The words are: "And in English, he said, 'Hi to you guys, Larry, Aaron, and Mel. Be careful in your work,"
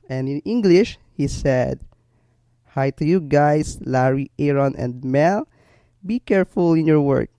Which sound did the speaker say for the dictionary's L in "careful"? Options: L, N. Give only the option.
L